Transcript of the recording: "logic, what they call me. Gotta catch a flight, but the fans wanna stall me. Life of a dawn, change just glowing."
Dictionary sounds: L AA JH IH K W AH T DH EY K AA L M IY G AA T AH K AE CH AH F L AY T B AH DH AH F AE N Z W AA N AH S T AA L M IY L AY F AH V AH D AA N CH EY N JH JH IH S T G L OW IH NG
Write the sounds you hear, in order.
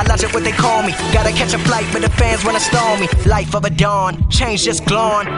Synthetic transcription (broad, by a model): L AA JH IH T W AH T DH EY K AA L M IY G AA T AH K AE CH AH F L AY T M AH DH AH F AE N Z W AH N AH S T AA L M IY L AY F AH V AH D AA N CH EY N JH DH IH S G L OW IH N